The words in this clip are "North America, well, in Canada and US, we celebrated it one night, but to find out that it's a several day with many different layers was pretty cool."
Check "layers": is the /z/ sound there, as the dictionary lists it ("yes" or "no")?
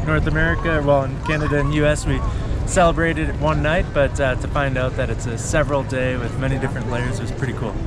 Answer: yes